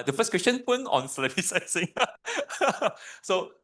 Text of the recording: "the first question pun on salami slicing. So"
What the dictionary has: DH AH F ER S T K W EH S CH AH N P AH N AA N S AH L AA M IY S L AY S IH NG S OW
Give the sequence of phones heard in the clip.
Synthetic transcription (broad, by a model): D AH F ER S K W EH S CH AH N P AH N AA N S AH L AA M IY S AY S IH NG S OW